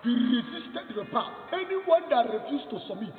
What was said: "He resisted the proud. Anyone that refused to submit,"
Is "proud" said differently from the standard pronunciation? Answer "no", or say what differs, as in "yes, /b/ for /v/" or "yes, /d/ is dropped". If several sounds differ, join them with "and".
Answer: yes, /ɹ/ is dropped